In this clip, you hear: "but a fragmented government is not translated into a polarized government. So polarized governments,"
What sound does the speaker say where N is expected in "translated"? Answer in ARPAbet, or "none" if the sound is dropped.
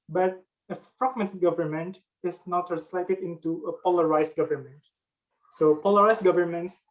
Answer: none